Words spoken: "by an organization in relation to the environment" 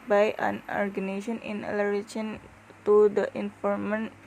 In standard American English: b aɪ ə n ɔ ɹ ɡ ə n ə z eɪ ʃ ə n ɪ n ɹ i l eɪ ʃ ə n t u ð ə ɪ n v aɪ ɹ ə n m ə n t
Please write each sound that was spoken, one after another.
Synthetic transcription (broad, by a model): b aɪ ə n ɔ ɹ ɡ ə n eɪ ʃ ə n ɪ n l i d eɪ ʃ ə n t u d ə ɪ n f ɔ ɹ m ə n